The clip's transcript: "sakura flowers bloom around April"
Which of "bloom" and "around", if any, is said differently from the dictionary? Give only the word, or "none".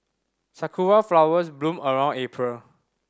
none